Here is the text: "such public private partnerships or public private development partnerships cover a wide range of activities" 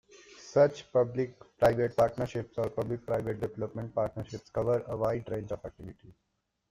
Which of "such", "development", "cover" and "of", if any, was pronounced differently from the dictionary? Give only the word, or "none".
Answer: of